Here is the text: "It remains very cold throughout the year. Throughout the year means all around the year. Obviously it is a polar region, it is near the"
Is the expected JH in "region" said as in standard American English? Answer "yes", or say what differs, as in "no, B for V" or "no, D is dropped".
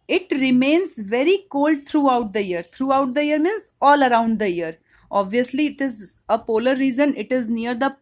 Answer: no, Z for JH